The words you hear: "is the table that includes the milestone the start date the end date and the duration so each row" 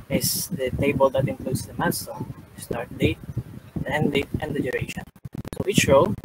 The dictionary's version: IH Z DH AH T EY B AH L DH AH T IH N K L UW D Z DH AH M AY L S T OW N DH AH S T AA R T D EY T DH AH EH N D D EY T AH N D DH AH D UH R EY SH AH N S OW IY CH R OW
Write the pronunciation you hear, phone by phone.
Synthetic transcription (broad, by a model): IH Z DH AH T EY B AH L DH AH T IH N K L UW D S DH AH M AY N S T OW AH S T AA R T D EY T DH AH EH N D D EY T AH N D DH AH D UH R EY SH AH N S OW IY CH R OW